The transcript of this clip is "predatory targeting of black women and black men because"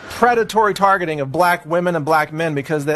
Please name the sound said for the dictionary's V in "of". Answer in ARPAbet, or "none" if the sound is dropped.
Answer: V